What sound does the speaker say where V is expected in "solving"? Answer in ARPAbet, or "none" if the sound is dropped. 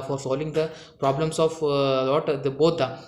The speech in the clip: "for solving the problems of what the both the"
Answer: V